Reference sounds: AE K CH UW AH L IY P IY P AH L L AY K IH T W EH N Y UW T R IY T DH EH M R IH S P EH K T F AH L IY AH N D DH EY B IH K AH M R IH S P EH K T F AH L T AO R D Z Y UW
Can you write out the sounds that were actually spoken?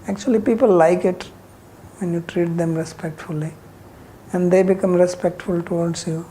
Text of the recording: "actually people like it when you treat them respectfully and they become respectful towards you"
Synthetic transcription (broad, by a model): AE K CH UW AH L IY P IY P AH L L AY K IH T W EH N Y UW T R IY T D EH M R IH S P EH K T F AH L IY AH N D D EY B IH K AH M R IH S P EH K T F AH L T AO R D S Y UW